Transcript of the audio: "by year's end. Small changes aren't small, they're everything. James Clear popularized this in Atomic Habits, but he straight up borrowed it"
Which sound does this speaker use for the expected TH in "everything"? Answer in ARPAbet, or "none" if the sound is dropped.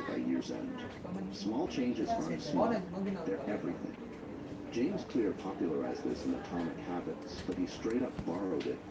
TH